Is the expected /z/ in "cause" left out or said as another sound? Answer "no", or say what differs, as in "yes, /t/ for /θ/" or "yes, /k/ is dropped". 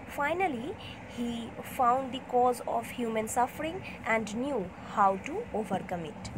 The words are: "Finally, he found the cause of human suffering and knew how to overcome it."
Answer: no